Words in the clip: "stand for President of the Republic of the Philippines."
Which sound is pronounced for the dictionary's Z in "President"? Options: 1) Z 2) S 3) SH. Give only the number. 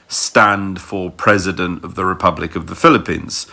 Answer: 1